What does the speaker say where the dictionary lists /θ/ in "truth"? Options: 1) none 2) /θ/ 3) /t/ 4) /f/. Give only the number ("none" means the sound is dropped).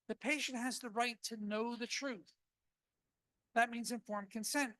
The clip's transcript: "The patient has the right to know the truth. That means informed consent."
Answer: 2